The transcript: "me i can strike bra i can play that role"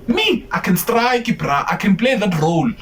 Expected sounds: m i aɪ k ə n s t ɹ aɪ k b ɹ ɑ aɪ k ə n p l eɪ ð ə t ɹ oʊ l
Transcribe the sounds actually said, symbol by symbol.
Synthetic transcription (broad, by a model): m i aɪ k ə n s t ɹ aɪ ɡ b ɹ ɑ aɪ k ə n b l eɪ ð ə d ɹ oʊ l